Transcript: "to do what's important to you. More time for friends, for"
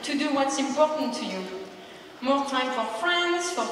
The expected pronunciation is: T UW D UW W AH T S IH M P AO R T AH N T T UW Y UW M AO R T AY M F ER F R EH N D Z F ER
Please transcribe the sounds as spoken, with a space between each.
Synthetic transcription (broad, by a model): T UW D UW W AH T S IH M P AO R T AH N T T UW Y UW M AO R T AY M F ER F R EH N D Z F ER